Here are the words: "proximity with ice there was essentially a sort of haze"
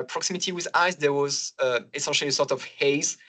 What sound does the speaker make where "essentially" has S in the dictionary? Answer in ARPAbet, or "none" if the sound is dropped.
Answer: none